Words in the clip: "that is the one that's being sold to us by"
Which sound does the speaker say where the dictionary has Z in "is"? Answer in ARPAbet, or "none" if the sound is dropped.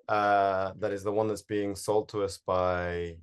Z